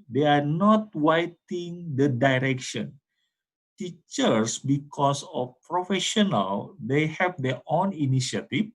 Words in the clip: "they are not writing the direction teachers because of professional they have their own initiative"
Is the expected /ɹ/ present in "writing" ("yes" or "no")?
no